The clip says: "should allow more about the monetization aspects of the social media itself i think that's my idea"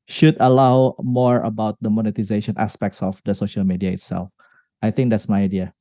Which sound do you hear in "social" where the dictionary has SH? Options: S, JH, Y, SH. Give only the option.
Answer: SH